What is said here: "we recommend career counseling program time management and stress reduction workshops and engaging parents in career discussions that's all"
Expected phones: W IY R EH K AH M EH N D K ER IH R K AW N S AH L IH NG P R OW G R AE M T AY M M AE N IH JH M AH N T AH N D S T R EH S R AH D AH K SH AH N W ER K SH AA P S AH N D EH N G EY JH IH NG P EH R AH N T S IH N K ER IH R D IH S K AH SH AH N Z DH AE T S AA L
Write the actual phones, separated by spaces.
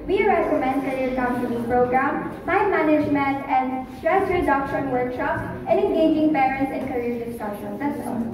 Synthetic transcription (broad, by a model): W IY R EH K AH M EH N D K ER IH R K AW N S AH N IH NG P R OW G R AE M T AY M M AE N IH JH M AH N T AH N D S T R EH S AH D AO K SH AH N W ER K SH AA P S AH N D EH N G EY JH IH NG P EH R AH N T S IH N K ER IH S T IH K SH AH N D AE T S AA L